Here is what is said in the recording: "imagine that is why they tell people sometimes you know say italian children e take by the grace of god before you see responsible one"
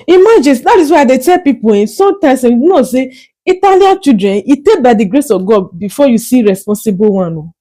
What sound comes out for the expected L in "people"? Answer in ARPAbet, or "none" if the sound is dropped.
N